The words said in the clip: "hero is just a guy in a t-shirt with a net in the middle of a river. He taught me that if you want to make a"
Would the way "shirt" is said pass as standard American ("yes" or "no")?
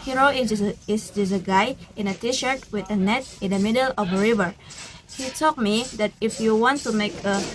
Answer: yes